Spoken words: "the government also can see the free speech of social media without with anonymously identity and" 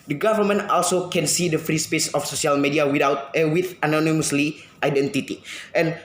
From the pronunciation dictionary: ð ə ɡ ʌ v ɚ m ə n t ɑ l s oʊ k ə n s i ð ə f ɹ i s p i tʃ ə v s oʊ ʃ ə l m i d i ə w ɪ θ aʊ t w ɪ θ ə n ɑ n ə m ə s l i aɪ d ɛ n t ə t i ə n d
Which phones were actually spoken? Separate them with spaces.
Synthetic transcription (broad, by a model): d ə ɡ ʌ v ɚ m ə n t ɑ l s oʊ k ə n s i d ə f ɹ i s p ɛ s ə f s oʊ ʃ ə l m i d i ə w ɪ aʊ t w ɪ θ ə n ɑ n ə m ə s l i aɪ d ɛ n t ə t i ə n